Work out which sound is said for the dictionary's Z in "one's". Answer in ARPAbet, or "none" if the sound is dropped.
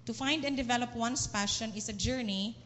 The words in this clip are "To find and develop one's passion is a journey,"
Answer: S